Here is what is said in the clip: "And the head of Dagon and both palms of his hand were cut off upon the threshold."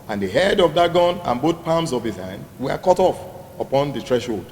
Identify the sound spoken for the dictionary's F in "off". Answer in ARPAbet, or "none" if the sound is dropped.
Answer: F